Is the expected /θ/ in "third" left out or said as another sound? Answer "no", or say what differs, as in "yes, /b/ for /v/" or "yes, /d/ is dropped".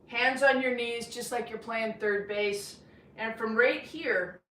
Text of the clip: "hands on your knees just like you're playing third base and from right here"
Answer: no